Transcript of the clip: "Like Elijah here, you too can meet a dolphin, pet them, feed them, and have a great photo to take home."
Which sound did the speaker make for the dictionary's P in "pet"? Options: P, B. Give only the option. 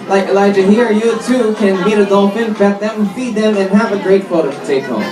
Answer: B